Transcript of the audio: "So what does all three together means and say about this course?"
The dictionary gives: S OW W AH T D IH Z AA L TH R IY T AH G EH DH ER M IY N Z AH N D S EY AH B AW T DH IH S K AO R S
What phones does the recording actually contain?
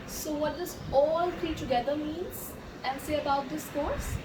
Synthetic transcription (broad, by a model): S OW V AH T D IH S AA L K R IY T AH G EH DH ER M IY N Z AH N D S EY AH B AW T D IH S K AO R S